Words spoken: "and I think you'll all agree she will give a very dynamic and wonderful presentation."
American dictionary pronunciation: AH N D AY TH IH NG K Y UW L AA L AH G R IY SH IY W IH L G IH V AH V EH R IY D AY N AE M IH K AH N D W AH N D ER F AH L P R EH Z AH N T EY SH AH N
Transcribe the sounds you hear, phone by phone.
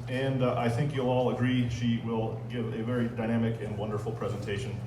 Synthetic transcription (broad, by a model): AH N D AY TH IH NG K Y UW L AA L AH G R IY SH IY W IH L G IH V AH V EH R IY D AY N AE M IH K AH N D W AH N D ER F L P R EH Z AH N T EY SH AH N